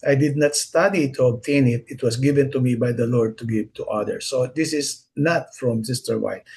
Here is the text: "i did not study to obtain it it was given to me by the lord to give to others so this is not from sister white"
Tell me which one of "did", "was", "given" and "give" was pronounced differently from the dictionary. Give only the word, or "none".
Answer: was